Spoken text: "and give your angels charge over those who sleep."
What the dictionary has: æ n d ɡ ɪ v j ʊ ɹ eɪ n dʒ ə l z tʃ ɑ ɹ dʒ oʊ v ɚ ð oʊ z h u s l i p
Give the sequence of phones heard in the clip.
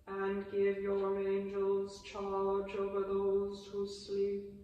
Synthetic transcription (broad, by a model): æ n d ɡ ɪ v j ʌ ɹ eɪ n dʒ ə l z tʃ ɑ l dʒ oʊ v ɚ ð oʊ z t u s l i p